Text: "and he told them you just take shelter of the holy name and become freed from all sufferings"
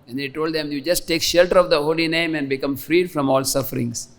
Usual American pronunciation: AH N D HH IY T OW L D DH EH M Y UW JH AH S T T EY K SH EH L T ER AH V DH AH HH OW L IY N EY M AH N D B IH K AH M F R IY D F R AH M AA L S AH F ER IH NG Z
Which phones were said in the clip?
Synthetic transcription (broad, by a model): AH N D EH T OW L D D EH M Y UW JH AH S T T EY K SH EH L T ER AH V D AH HH OW L IY N EY M AH N D B IH K AH M F R IY D F R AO M AA L S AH F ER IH NG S